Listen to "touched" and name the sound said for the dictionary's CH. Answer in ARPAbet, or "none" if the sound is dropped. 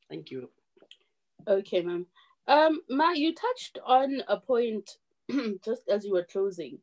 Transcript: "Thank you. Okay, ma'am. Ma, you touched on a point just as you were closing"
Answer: CH